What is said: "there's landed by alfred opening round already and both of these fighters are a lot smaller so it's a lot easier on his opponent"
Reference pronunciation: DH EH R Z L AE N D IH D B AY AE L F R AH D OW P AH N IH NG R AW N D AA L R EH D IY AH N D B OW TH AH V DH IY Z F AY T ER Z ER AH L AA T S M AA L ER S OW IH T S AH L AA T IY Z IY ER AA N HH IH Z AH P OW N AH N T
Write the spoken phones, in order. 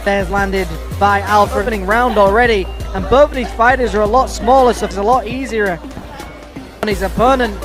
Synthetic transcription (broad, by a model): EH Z L AE N D IH D B AY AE L F R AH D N IH NG R AW N D AA L R EH D IY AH N B OW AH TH DH IY Z F AY T ER Z ER AH L AA T S M AA L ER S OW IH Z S AH L AA T IY Z IY ER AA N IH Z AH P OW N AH N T